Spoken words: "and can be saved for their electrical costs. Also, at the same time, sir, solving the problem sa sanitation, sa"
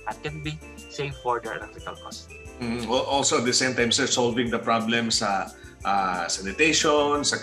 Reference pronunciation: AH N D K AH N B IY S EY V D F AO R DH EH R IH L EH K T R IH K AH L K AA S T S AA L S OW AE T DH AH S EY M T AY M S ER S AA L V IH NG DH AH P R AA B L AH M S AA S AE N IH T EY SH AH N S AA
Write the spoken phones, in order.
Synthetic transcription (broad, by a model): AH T K AH N B IY S EY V F AO R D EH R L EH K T IH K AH L K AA S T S AA L S OW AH T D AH S EY M T AY M S ER S AA L V IH NG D AH P R AA B L AH M S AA S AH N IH T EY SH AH N S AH